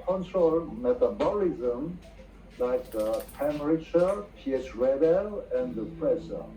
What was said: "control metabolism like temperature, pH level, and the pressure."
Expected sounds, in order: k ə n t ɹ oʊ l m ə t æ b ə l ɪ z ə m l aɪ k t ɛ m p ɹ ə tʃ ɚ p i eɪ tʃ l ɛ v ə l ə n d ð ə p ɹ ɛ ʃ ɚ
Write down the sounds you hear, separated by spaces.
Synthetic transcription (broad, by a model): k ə n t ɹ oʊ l m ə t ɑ b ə l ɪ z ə m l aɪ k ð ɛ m ɹ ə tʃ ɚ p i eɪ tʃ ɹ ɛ b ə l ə n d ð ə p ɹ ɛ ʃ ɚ